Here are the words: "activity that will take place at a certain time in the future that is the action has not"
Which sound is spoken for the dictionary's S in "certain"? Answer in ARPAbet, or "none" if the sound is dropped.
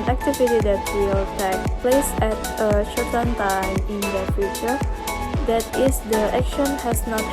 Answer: SH